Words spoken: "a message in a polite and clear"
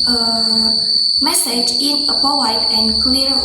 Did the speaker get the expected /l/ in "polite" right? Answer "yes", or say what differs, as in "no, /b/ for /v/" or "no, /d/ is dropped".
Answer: no, /w/ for /l/